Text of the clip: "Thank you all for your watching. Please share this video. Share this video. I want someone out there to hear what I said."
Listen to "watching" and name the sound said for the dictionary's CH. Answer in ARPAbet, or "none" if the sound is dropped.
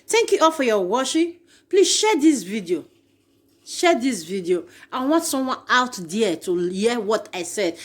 SH